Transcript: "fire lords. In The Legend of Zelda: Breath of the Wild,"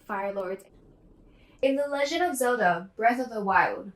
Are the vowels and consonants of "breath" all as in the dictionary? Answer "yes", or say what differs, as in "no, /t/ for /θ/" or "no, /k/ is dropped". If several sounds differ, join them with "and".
yes